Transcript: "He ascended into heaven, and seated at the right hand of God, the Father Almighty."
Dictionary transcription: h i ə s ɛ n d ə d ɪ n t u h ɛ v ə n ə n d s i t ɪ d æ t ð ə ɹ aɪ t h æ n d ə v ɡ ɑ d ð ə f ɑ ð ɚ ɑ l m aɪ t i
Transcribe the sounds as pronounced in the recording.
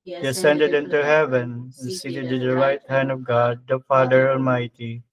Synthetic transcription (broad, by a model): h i ə s ɛ n d ə d ɪ n t u h ɛ v ə n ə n s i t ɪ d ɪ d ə ɹ aɪ t h æ n d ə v ɡ ɑ d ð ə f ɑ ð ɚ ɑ l m aɪ t i